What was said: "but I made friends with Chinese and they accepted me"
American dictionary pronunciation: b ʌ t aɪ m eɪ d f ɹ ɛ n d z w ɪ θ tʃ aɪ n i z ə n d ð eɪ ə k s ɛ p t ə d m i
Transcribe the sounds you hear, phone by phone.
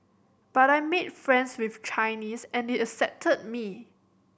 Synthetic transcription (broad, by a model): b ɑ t aɪ m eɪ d f ɹ ɛ n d s w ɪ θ tʃ aɪ n i s ə n d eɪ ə s ɛ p t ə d m i